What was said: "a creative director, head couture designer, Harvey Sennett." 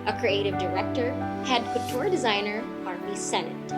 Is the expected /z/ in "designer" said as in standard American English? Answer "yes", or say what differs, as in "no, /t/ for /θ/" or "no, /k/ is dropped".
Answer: yes